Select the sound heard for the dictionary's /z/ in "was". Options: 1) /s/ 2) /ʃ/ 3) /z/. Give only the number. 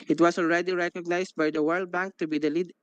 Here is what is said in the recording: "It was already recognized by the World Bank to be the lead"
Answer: 1